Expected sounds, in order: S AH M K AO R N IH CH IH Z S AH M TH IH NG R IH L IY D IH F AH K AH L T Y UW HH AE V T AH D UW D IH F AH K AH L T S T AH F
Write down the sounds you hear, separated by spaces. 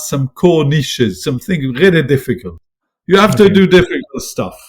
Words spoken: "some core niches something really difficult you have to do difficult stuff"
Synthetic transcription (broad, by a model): S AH M K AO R N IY SH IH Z S AH M TH IH NG R IH L IY D IH F AH K AH L T Y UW HH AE F T AH D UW D IH F AH K AH L T S T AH F